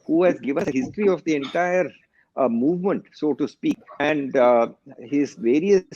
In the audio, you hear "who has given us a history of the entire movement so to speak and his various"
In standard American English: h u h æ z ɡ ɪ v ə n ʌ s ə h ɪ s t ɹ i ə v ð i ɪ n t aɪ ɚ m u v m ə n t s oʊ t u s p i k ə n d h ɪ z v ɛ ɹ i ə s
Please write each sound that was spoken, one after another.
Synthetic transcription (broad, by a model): h u h æ z ɡ ɪ v ə n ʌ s ə h ɪ s t ɹ i ə v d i ɪ n t aɪ ɚ m u v m ə n t s oʊ t u s p i k ə n d h ɪ z v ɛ ɹ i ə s